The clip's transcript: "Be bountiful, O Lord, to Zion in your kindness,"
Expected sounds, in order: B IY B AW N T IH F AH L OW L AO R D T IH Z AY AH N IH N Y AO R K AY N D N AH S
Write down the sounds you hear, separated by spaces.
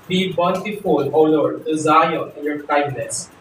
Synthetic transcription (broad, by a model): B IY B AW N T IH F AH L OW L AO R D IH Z AY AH IH N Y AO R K AY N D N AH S